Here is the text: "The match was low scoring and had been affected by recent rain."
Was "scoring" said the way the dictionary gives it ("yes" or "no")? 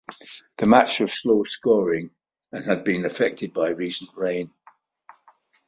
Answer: yes